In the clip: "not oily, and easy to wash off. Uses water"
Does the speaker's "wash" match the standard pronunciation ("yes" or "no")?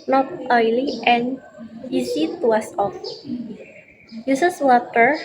no